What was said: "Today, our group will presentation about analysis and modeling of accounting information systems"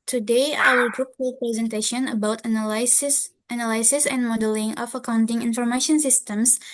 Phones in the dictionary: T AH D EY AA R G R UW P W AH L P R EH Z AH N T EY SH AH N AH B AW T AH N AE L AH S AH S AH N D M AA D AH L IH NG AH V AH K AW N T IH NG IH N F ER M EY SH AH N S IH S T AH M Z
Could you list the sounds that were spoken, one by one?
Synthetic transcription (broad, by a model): T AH D EY AA L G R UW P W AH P R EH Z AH N T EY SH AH N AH B AW T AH N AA L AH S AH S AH N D M AA D AH L IH NG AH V AH K AW N T IH NG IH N F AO M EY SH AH N S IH S T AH M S